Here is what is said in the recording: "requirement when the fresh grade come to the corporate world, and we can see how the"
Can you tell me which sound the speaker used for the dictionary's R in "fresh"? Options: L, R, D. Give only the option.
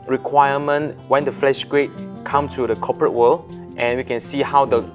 L